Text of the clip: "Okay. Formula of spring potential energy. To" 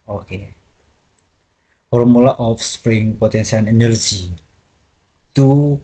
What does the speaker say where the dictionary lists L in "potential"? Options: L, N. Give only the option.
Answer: N